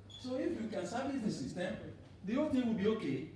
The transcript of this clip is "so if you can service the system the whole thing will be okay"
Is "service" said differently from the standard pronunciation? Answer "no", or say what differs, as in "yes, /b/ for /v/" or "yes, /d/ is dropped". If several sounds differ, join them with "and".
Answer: yes, /b/ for /v/